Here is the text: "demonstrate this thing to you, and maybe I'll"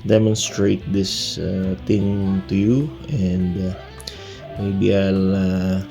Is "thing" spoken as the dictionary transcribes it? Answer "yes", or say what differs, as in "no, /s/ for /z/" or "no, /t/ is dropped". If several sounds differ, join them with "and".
no, /t/ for /θ/